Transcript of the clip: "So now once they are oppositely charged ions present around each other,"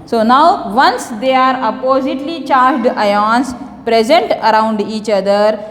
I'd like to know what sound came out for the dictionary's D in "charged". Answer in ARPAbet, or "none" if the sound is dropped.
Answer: D